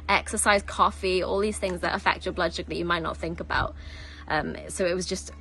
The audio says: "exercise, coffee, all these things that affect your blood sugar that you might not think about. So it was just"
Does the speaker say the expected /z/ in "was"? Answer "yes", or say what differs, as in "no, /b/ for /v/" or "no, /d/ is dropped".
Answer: yes